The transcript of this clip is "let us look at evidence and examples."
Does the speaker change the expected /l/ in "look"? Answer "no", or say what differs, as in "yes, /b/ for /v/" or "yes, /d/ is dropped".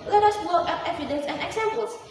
yes, /w/ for /l/